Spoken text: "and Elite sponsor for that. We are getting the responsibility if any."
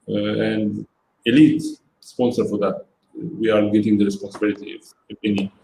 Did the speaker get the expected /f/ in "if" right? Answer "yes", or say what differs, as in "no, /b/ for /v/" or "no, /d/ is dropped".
no, /p/ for /f/